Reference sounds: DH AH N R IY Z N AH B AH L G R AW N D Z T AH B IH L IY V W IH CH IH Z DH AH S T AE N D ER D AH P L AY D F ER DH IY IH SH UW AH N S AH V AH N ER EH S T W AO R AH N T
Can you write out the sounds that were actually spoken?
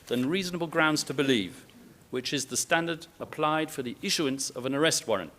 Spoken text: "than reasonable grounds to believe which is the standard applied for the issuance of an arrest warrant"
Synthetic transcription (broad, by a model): DH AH N R IY Z N AH B AH L G R AW N D Z T AH B IH L IY V W IH CH IH Z DH AH S T AE N D ER D AH P L AY D F ER DH IY IH SH UW AH N S AH V AH N ER EH S T W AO R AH N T